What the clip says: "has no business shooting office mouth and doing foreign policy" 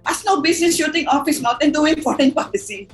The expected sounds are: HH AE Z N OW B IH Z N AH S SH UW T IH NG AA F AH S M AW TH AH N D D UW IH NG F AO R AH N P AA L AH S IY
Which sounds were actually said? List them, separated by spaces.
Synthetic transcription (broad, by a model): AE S N OW B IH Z N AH S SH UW T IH NG AA F AH S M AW T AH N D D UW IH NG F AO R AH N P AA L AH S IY